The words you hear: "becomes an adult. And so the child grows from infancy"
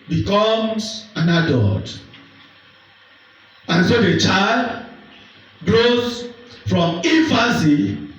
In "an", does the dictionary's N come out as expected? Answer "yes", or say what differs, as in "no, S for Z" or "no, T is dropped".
yes